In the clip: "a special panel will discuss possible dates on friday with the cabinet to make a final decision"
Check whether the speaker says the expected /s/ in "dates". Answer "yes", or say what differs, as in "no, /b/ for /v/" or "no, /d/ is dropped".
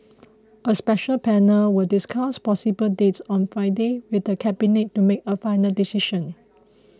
yes